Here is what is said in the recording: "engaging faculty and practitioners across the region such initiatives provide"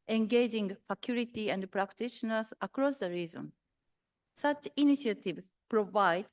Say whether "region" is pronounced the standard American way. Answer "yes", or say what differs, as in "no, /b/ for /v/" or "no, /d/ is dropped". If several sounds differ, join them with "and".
no, /z/ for /dʒ/